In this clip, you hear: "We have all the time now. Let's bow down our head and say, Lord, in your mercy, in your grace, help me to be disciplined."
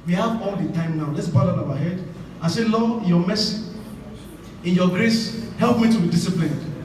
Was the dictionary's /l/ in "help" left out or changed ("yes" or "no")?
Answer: no